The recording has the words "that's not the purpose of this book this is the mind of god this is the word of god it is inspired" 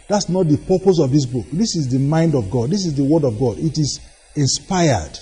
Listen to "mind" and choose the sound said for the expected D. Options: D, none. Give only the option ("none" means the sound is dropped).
D